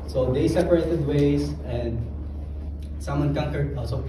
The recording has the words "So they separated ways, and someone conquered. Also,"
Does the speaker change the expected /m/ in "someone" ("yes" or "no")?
no